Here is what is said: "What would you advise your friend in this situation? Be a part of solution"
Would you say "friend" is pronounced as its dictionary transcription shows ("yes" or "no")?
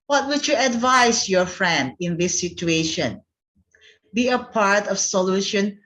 yes